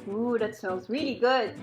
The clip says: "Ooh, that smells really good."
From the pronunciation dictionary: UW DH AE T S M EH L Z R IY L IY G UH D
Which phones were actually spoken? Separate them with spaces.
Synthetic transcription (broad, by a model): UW DH AE T S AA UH N Z R IY L IY G UH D